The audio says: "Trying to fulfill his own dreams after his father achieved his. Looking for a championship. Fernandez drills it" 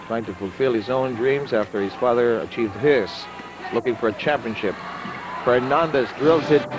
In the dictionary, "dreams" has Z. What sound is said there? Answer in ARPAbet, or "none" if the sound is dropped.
Z